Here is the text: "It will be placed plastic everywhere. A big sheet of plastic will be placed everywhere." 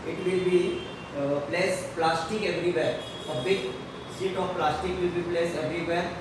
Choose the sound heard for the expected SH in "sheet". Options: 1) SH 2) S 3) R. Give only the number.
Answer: 2